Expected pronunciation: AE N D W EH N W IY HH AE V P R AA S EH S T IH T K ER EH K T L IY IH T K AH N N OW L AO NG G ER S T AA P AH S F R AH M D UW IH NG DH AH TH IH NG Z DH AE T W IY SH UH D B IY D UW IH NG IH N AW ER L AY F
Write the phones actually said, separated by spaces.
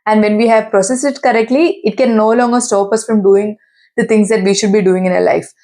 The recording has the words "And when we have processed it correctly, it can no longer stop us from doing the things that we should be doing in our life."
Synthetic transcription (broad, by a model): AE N D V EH N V IY HH AE V P R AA S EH S IH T K ER EH K T L IY IH T K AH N N OW L AO NG G ER S T AA P AH S F R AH M D UW IH NG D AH T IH NG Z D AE T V IY SH UH D B IY D UW IH NG IH N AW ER L AY F